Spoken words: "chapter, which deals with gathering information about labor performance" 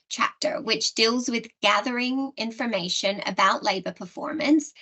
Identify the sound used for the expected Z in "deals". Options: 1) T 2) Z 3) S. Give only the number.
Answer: 2